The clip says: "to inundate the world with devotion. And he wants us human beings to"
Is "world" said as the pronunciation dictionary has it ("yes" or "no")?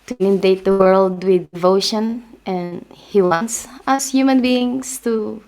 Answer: yes